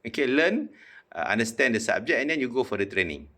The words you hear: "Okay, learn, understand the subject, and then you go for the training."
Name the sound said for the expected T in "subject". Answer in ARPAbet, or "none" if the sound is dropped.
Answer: none